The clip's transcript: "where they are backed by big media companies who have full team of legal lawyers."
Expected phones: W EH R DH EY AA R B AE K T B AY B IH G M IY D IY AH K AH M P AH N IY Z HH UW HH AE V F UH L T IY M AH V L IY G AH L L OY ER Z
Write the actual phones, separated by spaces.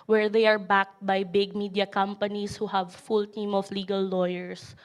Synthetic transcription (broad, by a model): W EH R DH EY AA R B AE K T B AY B IH G M IY D IY AH K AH M P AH N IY S HH UW HH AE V F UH L T IY M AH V L IY G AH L L OY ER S